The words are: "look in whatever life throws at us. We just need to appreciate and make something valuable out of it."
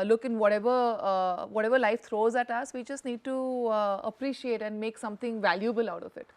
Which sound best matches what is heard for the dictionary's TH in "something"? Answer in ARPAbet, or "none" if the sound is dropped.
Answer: T